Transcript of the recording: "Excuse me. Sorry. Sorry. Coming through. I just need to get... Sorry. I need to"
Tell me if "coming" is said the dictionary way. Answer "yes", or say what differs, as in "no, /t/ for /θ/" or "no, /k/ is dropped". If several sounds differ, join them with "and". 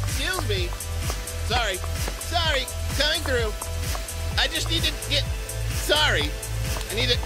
no, /m/ is dropped